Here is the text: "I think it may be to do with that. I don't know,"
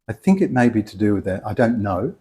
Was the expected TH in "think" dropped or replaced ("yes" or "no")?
no